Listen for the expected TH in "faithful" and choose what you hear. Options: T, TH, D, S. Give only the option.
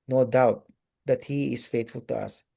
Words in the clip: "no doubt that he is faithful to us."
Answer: T